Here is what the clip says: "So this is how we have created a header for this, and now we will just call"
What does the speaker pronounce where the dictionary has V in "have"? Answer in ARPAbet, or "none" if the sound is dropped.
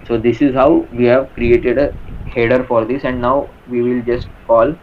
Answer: V